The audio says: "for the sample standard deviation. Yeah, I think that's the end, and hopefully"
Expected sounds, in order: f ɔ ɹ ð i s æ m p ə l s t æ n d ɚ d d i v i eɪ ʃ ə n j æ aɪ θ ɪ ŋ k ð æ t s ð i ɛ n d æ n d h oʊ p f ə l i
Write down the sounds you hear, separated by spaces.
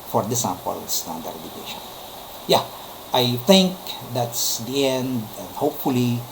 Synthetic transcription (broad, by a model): f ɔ ɹ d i s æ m p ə l s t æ n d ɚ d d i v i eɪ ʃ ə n j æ aɪ t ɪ ŋ k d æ t s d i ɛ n n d h oʊ p f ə l i